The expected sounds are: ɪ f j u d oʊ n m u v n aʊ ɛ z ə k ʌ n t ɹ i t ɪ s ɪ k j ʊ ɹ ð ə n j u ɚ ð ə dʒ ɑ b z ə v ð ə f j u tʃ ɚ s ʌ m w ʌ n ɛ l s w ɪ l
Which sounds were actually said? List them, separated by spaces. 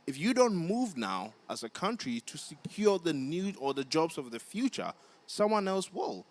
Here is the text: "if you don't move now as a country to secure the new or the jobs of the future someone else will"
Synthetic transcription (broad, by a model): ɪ f j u d oʊ n m u v n aʊ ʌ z ə k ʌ n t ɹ i t ɪ s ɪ k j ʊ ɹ ð ə n j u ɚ ð ə dʒ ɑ b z ə v ð ə f j u tʃ ɚ s ʌ m w ʌ n ɛ l s w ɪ l